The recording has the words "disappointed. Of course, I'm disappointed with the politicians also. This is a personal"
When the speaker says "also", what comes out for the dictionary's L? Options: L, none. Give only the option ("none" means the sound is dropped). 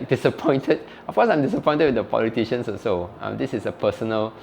none